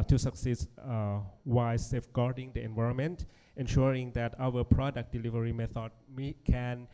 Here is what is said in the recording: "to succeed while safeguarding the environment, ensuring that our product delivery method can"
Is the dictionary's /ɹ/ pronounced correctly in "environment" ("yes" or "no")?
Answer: yes